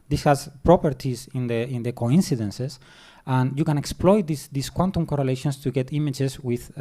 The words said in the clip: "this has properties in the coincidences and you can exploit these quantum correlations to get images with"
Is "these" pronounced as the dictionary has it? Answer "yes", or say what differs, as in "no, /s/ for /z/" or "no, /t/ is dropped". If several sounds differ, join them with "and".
no, /s/ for /z/